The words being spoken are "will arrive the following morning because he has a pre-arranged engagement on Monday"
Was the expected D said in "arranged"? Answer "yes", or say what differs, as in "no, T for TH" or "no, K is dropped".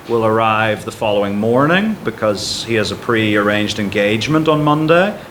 yes